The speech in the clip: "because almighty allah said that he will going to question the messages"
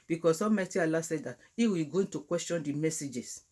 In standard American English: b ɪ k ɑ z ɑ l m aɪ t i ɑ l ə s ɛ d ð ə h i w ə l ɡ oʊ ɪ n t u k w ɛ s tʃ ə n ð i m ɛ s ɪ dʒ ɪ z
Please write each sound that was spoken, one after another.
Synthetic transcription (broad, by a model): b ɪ k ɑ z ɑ m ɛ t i ɑ l ə s ɛ d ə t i w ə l ɡ oʊ ɪ n t u k w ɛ s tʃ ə n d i m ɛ s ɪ dʒ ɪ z